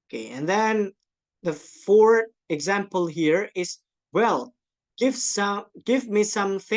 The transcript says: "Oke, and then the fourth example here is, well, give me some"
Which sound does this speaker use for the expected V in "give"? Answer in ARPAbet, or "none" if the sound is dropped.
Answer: V